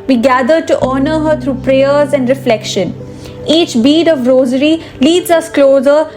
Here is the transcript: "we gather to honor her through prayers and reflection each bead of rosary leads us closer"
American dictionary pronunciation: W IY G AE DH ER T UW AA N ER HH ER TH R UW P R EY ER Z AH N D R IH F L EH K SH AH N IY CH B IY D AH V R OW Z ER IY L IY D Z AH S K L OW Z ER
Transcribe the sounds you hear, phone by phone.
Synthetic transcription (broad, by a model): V IY G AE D ER T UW AA N ER HH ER T R UW P R EY ER Z AH N D R IH F L EH K SH AH N IY CH B IY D AH V R OW Z ER IY L IY D Z AH S K L OW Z ER